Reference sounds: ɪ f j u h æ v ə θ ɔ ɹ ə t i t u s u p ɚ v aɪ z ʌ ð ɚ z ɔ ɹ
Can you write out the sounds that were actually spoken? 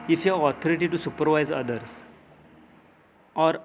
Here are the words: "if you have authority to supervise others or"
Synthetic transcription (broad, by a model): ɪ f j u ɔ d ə t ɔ ɹ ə t i t u s u p ɚ v aɪ z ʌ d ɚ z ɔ ɹ